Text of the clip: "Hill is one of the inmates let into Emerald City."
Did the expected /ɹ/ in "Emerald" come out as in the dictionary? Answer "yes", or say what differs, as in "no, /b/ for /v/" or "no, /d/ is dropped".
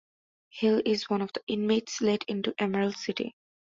no, /ɹ/ is dropped